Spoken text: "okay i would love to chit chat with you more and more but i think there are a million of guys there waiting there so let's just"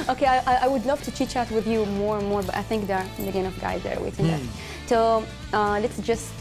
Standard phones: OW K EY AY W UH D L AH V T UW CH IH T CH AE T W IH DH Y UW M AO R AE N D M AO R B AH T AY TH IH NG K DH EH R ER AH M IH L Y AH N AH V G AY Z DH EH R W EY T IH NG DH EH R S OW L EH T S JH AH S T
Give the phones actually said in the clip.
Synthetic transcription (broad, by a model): OW K EY AY W UH D L AH V T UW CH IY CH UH T W IH DH Y UW M AO R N M AO R B AH T AY TH IH NG K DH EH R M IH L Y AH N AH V G AY Z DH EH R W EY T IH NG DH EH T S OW L EH T S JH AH S T